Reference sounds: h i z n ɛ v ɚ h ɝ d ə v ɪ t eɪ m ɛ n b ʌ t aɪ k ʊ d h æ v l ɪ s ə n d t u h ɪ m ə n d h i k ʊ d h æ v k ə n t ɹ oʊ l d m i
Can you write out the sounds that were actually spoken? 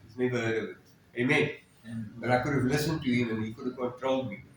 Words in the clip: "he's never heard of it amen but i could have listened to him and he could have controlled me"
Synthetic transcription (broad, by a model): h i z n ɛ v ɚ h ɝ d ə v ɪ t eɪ m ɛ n b ʌ t aɪ k ʊ d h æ v l ɪ s ə n d t u h ɪ m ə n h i k ʊ d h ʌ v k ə t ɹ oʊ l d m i